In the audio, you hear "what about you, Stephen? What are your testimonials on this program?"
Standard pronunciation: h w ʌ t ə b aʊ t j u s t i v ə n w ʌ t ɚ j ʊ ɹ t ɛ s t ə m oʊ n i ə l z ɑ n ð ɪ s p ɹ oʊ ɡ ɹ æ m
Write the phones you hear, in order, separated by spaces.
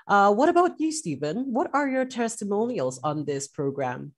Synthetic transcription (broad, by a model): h w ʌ t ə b aʊ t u s t i v ə n w ʌ t ɚ j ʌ ɹ t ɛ s t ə m oʊ n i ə l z n ð ɪ s p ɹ oʊ ɡ ɹ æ m